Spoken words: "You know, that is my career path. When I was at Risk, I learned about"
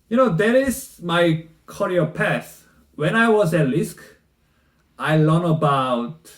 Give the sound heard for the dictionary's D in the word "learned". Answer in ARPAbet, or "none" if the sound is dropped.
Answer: none